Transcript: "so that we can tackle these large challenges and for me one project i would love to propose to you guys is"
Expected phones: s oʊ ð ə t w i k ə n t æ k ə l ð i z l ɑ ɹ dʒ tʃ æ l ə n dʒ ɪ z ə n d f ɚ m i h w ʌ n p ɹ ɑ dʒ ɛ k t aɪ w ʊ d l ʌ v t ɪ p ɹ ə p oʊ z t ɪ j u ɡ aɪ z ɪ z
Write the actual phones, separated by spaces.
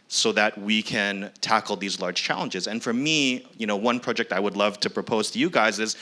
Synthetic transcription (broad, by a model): s oʊ ð ə t w i k ə n t æ k l ð i z l ɑ ɹ dʒ tʃ æ l ə n dʒ ɪ z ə n f ɚ m i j w ʌ n p ɹ ɑ dʒ ɛ k t aɪ w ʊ d l ʌ v t ɪ p ɹ ə p oʊ z t ɪ j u ɡ aɪ z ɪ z